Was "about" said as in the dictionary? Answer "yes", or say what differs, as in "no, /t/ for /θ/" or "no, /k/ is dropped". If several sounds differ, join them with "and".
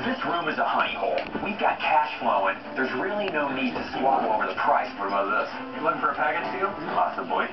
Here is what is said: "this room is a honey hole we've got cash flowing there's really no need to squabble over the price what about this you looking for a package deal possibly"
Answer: no, /b/ is dropped